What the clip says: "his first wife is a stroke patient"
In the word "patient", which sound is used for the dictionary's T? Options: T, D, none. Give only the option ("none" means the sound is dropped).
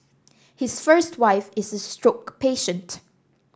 T